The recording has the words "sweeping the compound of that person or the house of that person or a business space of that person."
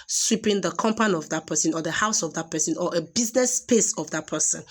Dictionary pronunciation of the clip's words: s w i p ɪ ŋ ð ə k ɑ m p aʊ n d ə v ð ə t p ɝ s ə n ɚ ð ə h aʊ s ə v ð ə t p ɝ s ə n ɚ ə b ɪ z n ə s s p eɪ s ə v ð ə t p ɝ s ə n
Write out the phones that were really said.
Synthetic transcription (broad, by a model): s w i p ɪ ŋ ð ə k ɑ m p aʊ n ə v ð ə t p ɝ s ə n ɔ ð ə h aʊ s ə v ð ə t p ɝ s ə n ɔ ə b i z n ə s s p eɪ s ə v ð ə t p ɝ s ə n